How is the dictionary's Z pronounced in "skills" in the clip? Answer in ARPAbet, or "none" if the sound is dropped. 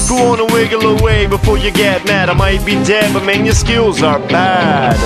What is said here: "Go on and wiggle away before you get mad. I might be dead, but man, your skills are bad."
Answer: Z